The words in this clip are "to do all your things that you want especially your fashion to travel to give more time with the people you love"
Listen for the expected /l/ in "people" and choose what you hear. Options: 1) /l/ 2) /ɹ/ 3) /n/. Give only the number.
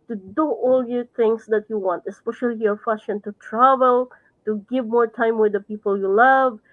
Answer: 1